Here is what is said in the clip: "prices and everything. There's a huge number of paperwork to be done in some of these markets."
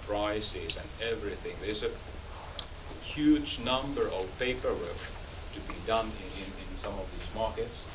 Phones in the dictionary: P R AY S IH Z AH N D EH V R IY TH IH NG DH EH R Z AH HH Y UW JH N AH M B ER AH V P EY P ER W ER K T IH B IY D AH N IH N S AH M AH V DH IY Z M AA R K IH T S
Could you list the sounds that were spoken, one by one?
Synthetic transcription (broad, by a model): P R AY S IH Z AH N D EH V R IY TH IH NG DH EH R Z AH HH Y UW JH N AH M B ER AH V P EY P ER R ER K T IH B IY D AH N IH N S AH M AH V DH IY Z M AA R K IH T S